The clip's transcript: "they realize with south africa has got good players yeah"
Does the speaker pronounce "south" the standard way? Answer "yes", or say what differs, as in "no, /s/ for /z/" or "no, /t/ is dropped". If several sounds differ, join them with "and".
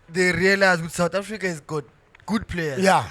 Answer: no, /t/ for /θ/